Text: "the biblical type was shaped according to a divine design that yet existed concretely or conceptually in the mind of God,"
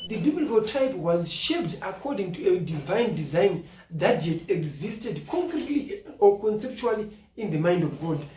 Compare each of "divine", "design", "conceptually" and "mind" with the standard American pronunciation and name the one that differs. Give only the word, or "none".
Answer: none